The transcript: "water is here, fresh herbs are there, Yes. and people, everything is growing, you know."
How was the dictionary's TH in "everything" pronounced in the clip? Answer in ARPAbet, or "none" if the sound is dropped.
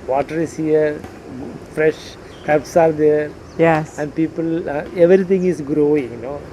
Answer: T